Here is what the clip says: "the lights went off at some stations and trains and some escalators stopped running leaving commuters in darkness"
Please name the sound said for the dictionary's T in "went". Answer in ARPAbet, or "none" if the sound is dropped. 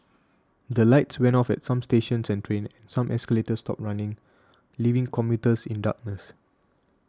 none